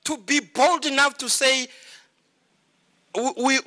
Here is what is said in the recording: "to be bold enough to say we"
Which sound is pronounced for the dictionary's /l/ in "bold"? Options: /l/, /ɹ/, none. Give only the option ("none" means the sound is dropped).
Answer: /l/